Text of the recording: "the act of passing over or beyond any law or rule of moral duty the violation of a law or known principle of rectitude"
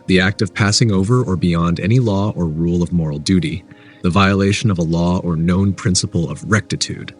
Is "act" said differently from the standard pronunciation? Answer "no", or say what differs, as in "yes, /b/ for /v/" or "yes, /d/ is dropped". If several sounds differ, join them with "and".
no